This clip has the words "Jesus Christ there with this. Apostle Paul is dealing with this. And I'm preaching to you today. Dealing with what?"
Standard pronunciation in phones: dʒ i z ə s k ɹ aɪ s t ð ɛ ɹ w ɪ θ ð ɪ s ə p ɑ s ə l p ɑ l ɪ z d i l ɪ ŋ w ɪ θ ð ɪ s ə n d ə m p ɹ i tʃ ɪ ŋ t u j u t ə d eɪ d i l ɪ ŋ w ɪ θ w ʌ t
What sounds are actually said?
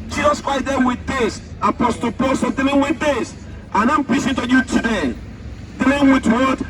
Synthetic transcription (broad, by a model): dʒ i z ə s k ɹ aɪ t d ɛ w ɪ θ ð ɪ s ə p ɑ s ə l p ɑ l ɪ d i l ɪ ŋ w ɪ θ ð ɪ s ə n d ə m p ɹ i s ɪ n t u j u t ə d eɪ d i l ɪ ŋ w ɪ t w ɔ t